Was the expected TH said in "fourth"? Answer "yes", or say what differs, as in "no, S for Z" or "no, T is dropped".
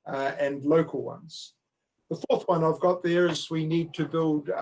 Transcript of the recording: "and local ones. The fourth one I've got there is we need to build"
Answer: yes